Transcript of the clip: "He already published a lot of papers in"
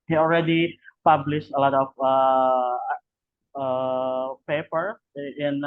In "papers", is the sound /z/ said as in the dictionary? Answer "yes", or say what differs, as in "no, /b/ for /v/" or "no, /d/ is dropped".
no, /z/ is dropped